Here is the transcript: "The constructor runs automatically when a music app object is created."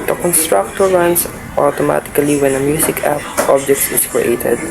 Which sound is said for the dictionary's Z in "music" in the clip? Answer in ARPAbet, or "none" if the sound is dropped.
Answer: S